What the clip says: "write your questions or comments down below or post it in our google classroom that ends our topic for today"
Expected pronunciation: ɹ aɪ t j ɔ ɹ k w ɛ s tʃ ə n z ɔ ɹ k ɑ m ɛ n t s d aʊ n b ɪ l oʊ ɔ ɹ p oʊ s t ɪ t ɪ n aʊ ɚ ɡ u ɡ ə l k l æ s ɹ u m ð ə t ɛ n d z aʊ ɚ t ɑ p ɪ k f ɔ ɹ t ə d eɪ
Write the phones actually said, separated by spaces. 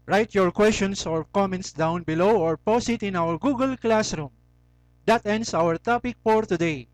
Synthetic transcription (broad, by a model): ɹ aɪ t j ɔ ɹ k w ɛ s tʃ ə n s ɔ ɹ k ɑ m ɛ n t s d aʊ n b ɪ l oʊ ɔ ɹ p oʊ s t ɪ t ɪ n aʊ ɚ ɡ u ɡ ə l k l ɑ s ɹ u m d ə t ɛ n d s aʊ ɚ t ɑ p ɪ k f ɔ ɹ t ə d eɪ